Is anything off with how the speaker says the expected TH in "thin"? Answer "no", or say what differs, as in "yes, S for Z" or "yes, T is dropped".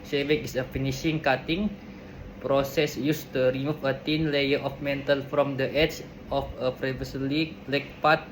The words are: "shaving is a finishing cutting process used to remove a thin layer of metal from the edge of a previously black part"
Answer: yes, T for TH